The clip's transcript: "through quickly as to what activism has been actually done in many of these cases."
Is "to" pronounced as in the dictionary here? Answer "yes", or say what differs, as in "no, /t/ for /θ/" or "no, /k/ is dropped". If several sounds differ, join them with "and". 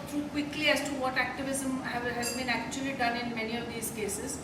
yes